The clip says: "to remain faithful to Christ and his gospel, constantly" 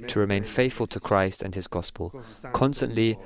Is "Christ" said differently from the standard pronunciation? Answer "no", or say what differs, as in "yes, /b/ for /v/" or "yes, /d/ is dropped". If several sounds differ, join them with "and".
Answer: no